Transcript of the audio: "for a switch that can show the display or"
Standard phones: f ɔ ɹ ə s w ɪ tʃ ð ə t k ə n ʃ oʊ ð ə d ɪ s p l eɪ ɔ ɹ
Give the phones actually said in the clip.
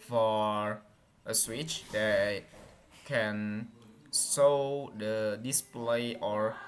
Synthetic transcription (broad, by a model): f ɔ ɹ ə s w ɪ tʃ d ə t k ə n s oʊ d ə d ɪ s p l eɪ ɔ ɹ